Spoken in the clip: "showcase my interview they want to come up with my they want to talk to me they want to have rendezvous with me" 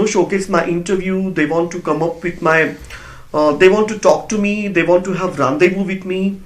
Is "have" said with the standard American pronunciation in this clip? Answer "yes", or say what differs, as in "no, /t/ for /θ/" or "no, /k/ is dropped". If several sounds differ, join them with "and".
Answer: yes